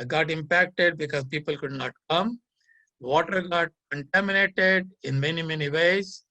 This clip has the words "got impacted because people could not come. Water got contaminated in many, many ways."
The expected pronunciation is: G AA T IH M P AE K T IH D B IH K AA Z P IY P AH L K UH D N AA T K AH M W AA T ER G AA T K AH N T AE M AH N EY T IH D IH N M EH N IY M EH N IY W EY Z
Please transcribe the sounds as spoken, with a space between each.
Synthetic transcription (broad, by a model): G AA T IH M P AE K T IH D B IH K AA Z P IY P AH L K UH D N AA T K AH M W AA T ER G AA T K AH N T AE M AH N EY T IH D IH N M EH N IY M EH N IY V EY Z